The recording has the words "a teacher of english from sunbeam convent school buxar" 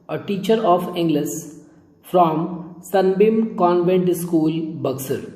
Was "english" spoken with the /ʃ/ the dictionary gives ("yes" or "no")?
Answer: no